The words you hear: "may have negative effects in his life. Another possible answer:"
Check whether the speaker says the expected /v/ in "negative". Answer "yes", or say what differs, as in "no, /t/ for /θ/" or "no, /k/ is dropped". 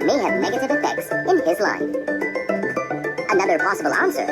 yes